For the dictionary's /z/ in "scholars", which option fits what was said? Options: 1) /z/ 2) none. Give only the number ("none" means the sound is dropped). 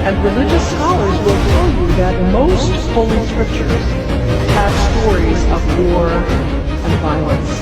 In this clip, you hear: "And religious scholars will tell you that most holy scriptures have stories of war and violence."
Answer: 1